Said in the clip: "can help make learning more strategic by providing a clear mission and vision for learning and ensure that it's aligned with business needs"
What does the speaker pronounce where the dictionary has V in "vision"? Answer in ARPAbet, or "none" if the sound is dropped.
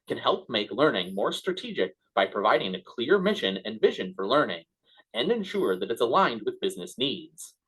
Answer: V